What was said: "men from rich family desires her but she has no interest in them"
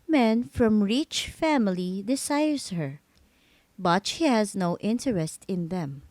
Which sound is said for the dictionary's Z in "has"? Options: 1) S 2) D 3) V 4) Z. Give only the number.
4